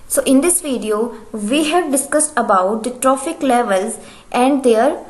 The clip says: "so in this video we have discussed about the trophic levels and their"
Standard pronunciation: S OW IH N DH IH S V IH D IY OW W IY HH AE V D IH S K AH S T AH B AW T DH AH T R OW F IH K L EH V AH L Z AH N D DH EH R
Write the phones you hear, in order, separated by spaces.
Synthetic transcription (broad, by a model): S OW IH N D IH S V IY D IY OW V IY HH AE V D IH S K AH S T AH B AW T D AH T R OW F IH K L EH V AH L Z AH N D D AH R